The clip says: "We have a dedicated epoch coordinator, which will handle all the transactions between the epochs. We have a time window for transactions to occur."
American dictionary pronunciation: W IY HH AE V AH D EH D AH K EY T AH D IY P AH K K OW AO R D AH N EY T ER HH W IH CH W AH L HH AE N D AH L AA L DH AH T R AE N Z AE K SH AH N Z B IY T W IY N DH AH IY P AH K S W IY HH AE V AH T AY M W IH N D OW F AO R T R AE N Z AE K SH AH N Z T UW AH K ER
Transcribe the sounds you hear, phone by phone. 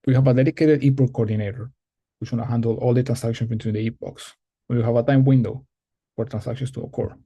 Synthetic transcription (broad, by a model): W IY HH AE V AH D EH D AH K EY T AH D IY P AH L K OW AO R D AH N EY T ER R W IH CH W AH N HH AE N D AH L AA L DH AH T R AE N S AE K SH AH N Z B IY T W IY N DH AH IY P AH K S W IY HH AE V AH T AY M W IH N D OW F AO R T R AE N S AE K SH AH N S T UW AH K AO